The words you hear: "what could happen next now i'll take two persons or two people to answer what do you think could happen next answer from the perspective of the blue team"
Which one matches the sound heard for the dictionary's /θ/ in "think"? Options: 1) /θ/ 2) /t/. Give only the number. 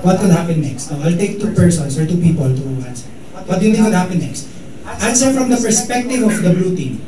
2